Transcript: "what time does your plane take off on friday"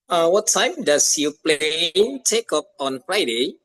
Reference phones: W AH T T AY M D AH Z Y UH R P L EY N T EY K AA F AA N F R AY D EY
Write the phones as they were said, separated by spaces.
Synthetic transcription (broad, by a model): W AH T T AY M D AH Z Y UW P L EY N T EY K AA P AA N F R AY D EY